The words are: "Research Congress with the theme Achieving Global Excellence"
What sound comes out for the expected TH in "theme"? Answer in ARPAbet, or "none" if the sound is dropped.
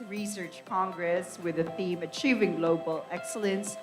TH